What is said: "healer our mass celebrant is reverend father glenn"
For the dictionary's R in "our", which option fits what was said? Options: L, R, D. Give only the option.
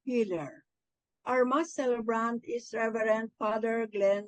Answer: R